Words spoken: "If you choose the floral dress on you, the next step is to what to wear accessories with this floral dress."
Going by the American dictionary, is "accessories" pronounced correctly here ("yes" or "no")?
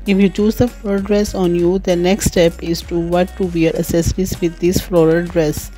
no